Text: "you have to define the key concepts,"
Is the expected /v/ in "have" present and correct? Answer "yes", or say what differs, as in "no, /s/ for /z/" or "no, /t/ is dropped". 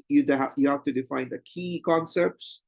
no, /f/ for /v/